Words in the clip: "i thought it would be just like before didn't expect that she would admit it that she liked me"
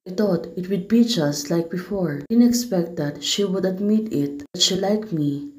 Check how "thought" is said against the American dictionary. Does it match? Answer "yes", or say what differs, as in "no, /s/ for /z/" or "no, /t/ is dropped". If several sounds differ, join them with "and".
no, /t/ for /θ/